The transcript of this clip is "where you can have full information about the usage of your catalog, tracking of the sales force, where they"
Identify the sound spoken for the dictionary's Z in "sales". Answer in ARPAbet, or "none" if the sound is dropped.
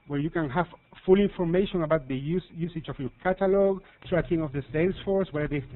S